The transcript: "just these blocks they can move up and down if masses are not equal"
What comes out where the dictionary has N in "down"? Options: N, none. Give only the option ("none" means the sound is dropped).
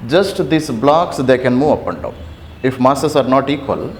none